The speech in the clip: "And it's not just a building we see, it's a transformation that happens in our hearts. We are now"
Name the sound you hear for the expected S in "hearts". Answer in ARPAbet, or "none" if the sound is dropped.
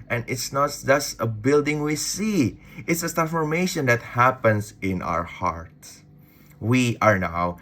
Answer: none